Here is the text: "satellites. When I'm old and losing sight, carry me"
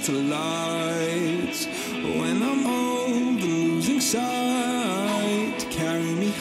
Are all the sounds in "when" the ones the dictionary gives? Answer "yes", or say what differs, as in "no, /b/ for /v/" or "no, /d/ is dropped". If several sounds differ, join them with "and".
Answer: yes